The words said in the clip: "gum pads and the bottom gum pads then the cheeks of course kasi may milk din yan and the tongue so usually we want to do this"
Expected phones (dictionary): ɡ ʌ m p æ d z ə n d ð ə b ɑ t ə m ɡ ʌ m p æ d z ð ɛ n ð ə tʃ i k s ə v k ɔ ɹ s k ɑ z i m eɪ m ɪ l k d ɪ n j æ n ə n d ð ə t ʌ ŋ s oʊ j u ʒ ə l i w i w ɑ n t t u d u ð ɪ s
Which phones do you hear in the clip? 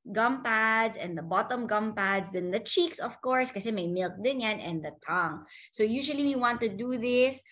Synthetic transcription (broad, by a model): ɡ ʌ m p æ d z ə n d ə b ɑ t ə m ɡ ʌ m p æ d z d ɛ n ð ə tʃ i k s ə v k ɔ ɹ s k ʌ s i m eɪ m ɪ l k d ɪ n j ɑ n ə n d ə t ʌ ŋ s oʊ j u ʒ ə l i w i w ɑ n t t u d u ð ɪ s